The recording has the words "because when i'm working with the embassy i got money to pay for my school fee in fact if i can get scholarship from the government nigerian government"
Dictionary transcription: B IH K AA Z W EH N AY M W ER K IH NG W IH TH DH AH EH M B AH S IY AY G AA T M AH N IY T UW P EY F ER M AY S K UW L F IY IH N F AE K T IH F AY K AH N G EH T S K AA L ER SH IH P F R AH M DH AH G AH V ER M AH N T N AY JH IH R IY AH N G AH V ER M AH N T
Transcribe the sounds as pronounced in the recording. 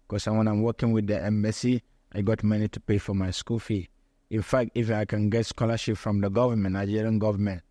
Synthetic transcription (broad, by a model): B K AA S W EH N AY M W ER K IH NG W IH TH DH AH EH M AH S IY AY G AA T M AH N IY T UW P EY F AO M AY S K UW L F IY IH N F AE K T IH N AY K AH N G EH T S K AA L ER SH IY P F R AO M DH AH G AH V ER M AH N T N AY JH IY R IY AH N G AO V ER M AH N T